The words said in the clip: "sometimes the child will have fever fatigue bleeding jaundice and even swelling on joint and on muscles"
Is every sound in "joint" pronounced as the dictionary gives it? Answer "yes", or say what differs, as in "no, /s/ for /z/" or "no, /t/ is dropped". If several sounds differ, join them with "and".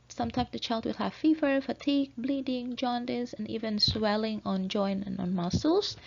no, /t/ is dropped